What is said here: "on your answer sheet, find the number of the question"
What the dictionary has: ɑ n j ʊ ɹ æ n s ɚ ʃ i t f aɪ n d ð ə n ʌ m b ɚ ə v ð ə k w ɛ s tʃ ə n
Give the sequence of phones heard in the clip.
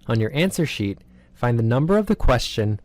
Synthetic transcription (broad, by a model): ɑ n j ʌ ɹ æ n s ɚ ʃ i t f aɪ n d ð ə n ʌ m b ɚ ə v ð ə k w ɛ s tʃ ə n